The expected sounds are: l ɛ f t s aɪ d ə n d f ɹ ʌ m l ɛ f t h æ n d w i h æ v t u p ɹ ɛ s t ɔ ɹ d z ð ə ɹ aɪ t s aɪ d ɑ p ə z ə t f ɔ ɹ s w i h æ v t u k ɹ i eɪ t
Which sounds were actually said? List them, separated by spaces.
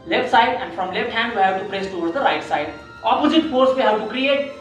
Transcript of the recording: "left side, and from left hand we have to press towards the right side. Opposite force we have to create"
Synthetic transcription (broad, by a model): l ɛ f t s aɪ d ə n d f ɹ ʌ m l ɛ f t h æ n d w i h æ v t u p ɹ ɛ s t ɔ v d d ə ɹ aɪ t s aɪ d ɑ p ə z ə t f ɔ ɹ s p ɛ h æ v t u k ɹ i eɪ t